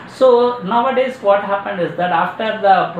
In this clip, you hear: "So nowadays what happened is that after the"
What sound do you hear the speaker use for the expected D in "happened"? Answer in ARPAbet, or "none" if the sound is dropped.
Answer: D